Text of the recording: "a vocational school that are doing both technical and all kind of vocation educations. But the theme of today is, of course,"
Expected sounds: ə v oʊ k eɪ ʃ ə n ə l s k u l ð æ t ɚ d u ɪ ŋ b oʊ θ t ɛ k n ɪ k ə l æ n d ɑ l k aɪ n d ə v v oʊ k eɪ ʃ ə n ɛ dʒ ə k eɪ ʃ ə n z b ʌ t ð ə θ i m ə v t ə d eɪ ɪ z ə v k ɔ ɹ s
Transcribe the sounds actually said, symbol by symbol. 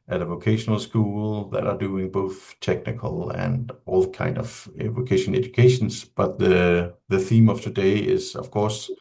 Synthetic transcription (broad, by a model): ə v oʊ k eɪ ʃ ə n ə l s k u l ð æ t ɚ d u ɪ ŋ b oʊ θ t ɛ k n ɪ k ə l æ n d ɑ l k aɪ n d ə v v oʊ k eɪ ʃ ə n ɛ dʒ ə k eɪ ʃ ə n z b ʌ t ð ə θ i m ə v t ə d eɪ ɪ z ə v k ɔ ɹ s